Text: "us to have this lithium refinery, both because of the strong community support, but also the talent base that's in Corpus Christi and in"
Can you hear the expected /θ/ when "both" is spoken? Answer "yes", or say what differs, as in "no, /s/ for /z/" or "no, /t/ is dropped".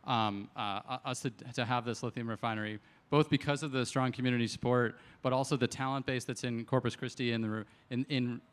yes